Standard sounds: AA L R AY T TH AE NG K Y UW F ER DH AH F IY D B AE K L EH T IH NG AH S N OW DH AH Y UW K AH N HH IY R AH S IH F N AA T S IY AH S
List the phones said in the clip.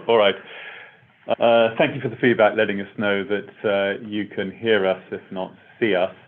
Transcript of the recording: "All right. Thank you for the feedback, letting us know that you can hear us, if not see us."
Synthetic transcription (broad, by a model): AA L R AY T TH AE NG K Y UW F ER DH AH F IY D B AE K L EH T IH NG AH S N OW DH AH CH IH K AH N HH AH R AH S IH F N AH T S IY AH S